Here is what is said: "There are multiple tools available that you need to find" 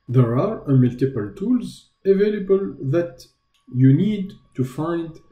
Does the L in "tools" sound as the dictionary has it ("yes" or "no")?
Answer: yes